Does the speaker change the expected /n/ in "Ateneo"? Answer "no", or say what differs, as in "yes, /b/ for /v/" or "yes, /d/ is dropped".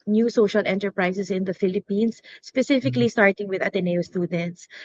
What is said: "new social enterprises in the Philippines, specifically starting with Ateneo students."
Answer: no